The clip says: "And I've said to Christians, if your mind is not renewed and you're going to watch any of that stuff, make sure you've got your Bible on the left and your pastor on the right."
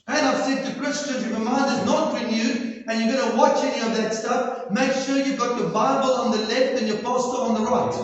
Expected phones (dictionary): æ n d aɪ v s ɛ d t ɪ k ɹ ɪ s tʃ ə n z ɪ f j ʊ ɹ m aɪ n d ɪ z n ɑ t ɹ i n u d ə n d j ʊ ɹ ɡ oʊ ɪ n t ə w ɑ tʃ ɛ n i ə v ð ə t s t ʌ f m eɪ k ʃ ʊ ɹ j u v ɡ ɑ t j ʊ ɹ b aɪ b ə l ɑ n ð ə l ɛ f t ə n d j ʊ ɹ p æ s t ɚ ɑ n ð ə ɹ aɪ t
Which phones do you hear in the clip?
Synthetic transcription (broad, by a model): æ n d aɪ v s ɛ d t ɪ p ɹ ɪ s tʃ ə z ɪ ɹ m aɪ n d ɪ z n ɑ t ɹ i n u d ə n j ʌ ɡ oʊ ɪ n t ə w ɑ tʃ ɛ n i ə v ð ə t s t ʌ f m eɪ k ʃ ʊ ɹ j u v ɡ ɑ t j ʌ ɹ b aɪ b ə l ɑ n ð ə l ɛ f t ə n j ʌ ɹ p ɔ s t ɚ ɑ n ð ə ɹ aɪ t